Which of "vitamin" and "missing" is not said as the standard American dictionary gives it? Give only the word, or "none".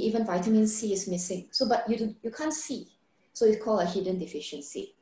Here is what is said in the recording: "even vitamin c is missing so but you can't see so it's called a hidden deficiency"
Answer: none